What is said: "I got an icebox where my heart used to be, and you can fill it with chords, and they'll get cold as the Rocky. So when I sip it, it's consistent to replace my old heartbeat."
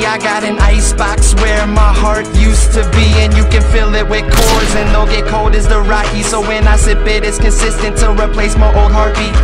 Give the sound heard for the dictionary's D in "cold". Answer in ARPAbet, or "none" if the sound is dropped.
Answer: D